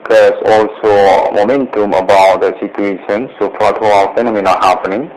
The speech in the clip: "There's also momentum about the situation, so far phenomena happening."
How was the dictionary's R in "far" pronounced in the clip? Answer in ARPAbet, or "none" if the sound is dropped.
L